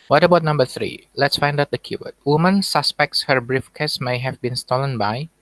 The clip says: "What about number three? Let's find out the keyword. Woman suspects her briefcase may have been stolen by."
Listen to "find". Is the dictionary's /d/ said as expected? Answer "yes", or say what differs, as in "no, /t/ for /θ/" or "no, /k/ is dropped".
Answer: yes